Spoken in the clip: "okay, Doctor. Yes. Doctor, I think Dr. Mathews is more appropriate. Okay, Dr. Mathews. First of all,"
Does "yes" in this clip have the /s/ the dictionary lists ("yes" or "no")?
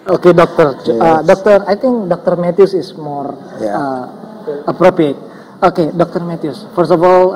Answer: no